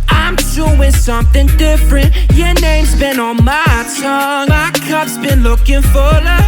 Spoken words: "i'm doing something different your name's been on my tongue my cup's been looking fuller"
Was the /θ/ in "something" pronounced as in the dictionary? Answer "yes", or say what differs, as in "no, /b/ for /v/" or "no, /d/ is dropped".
yes